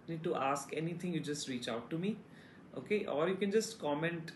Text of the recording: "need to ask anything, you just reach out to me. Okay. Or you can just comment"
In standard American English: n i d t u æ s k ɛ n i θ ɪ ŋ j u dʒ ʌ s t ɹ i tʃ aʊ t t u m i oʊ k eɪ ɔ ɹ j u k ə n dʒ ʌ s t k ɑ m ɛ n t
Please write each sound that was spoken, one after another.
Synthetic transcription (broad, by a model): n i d t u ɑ s k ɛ n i t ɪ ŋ j u dʒ ʌ s t ɹ i tʃ aʊ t t u m i oʊ k eɪ ɔ ɹ j u k ə n dʒ ʌ s t k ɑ m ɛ n t